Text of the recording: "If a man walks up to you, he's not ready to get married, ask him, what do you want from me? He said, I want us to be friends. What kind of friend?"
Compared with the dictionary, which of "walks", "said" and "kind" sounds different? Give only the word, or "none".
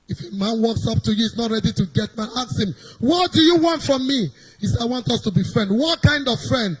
said